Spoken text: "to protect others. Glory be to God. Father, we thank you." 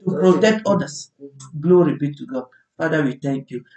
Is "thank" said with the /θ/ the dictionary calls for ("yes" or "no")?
no